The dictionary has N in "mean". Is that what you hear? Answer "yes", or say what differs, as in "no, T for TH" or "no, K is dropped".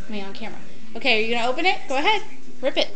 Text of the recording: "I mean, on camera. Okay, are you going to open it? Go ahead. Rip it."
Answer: no, N is dropped